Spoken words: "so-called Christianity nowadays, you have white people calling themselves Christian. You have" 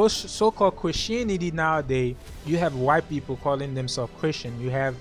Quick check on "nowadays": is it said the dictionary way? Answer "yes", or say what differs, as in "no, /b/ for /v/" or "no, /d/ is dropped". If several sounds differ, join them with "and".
no, /z/ is dropped